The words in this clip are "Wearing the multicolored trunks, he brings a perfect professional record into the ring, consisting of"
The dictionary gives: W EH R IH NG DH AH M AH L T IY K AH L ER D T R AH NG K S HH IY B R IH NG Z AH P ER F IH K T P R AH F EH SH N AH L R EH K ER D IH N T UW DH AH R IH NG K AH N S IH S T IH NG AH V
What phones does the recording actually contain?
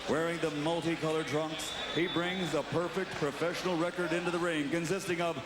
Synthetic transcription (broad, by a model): W EH R IH NG DH AH M AH L T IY K AH L ER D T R AH NG K S HH IY B R IH NG Z AH P ER F IH K T P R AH F EH SH N L R EH K ER D IH N T UW DH AH R IH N K AH N S IH S T IH NG AH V